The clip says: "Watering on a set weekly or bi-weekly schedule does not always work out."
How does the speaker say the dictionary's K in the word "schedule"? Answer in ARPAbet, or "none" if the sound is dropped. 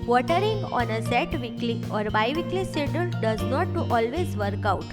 none